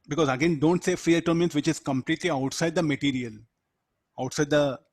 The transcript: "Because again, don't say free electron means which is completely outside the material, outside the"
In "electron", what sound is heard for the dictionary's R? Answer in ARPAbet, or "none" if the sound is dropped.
none